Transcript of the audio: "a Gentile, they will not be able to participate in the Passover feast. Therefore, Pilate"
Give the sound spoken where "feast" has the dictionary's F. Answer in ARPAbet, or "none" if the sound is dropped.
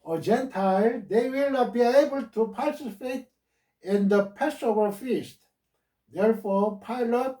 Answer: F